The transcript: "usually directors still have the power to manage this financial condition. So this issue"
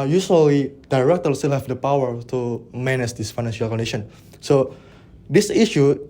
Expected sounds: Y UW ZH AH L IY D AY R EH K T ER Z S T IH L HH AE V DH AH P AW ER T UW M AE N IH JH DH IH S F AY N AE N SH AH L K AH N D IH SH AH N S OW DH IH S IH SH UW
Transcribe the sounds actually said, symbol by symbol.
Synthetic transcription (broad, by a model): Y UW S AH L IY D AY R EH K T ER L S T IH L HH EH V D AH P AW ER T UW M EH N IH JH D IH S F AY N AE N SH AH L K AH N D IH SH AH N S OW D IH S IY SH UW